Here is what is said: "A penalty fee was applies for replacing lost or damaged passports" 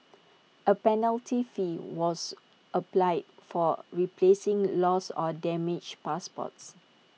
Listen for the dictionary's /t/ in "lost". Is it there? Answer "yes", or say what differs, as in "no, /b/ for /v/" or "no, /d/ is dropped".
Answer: no, /t/ is dropped